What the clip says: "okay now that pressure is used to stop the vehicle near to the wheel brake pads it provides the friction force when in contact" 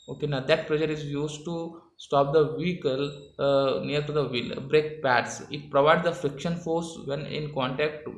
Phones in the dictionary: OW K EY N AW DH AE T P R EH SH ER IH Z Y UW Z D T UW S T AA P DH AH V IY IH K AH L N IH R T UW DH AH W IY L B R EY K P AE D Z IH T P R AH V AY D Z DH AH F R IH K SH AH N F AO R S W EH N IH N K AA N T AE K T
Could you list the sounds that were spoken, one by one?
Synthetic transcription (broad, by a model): OW K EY N AW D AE T P L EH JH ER IH Z Y UW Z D T UW S T AA P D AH V IY K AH L N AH R T UW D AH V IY L B R EY K P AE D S IH T P R AH V AY D Z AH F R IH K SH AH N F AO R S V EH N IH N K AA N T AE K T